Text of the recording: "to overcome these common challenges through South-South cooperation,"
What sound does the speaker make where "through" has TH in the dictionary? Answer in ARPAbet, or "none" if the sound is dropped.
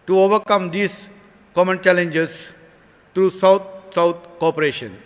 T